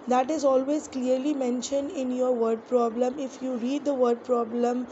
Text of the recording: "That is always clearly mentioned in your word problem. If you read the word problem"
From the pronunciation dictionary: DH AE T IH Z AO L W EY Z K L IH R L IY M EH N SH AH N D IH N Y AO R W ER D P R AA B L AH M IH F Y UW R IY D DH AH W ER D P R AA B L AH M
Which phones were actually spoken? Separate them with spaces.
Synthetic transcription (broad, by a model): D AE T IH Z AO L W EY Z K L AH R L IY M EH N SH AH N D IH N Y AO R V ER D P R AA B L AH M IH F Y UW R IY D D AH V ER D P R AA B L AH M